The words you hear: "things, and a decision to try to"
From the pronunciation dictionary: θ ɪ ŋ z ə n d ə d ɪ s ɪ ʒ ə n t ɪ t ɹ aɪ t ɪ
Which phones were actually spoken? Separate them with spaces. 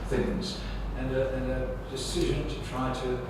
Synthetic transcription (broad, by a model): θ ɪ ŋ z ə n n ə d ɪ s ɪ ʒ ə n t ɪ t ɹ aɪ t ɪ